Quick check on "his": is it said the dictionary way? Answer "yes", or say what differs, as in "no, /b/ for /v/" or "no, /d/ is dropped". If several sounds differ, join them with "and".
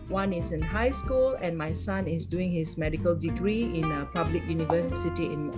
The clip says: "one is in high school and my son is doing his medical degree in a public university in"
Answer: no, /s/ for /z/